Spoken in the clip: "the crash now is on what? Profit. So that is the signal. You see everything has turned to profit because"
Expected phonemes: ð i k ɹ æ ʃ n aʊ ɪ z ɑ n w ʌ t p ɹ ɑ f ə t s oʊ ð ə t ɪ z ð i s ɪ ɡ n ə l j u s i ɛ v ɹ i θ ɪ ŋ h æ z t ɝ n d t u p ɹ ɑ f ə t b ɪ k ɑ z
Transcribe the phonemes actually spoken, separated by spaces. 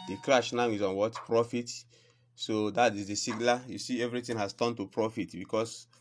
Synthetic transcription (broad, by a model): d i k ɹ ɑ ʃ n aʊ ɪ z ɑ n w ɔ t p ɹ ɑ f ə t s oʊ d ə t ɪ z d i s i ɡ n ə j u s i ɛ v ɹ i t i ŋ h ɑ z t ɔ n t u p ɹ ɑ f ə t b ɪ k ɑ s